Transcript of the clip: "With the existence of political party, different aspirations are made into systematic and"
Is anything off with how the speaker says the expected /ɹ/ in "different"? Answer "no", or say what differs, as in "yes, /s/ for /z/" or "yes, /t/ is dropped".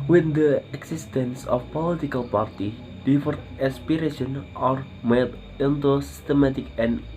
yes, /ɹ/ is dropped